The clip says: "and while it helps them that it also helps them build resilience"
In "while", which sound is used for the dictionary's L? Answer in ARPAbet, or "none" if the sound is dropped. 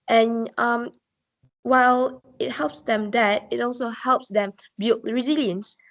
L